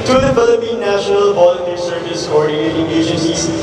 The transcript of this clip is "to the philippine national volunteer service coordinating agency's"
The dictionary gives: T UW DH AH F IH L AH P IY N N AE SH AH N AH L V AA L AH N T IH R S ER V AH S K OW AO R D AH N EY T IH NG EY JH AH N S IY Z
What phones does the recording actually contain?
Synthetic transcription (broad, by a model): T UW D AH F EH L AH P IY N N AE SH AH N AH L P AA L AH T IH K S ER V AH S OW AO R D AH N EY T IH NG EY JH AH N S IY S